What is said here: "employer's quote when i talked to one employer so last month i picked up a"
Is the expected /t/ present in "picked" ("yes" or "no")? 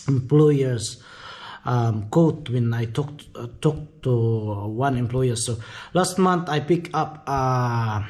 no